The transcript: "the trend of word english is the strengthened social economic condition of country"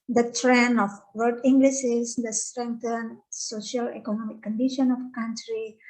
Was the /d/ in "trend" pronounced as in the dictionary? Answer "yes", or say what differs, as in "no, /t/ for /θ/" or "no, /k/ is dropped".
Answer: no, /d/ is dropped